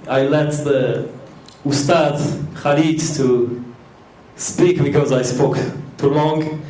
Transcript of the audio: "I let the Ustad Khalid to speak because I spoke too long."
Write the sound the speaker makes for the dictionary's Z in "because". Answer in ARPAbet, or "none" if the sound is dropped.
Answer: Z